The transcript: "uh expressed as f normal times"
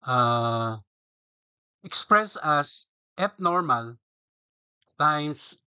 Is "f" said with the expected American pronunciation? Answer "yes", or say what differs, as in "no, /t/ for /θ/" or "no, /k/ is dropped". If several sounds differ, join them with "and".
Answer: no, /p/ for /f/